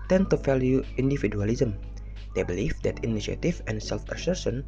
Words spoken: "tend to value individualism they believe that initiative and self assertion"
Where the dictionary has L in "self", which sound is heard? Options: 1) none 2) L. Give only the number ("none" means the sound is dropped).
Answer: 2